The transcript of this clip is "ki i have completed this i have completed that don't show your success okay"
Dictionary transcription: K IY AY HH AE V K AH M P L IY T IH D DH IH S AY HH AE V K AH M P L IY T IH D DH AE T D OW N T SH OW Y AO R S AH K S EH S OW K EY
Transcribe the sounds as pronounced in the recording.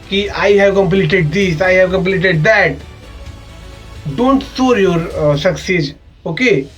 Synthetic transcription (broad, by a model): K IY AY HH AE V K AH M P L IY T IH D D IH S AY HH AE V K AH M P L IY T IH D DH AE T D OW N T S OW Y AO R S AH K S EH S OW K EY